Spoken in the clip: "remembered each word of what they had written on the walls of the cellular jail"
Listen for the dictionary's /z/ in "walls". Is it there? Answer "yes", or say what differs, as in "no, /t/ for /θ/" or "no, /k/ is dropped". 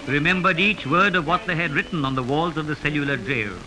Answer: yes